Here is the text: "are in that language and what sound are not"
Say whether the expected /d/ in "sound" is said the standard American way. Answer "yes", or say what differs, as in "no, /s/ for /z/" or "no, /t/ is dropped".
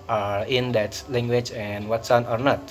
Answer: no, /d/ is dropped